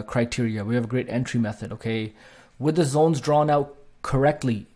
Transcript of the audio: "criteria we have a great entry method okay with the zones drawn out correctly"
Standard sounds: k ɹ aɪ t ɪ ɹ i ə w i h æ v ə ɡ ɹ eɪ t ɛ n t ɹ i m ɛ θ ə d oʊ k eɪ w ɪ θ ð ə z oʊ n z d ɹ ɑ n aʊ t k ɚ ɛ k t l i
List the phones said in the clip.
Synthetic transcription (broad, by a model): k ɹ aɪ t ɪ ɹ i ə w i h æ v ə ɡ ɹ eɪ t ɛ n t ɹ i m ɛ θ ə d oʊ k eɪ w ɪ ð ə z oʊ n z d ɹ ɑ n aʊ t k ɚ ɛ k t l i